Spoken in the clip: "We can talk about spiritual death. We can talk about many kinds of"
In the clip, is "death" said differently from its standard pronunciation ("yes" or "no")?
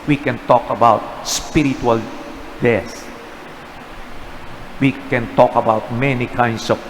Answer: yes